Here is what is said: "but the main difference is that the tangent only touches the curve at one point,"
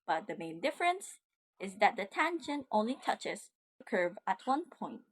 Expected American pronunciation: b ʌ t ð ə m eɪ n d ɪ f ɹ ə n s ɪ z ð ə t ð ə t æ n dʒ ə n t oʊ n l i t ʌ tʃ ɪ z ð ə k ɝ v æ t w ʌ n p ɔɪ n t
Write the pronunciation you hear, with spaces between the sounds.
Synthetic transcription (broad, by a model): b ʌ t ð ə m eɪ n d ɪ f ɹ ə n s ɪ z ð ə t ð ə t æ n ʃ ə n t oʊ n l i t ʌ tʃ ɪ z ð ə k ɝ v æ t w ʌ n p ɔɪ n t